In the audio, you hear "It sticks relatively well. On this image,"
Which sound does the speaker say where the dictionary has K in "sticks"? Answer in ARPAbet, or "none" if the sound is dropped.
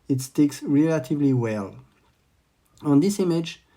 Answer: K